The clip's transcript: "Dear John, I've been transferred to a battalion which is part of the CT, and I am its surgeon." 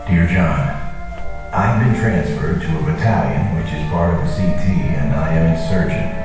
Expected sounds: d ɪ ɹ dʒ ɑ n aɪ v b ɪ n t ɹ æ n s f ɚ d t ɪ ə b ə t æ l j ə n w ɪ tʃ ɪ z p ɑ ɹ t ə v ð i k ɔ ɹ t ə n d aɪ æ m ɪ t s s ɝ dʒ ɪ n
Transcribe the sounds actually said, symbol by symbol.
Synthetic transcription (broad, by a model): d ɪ ɹ dʒ ɑ n aɪ v b ɪ n t ɹ æ n s f ɚ d t ɪ ə b ə t æ l j ə n w ɪ tʃ ɪ z b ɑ ɹ ə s i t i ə n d aɪ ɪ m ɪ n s s ɝ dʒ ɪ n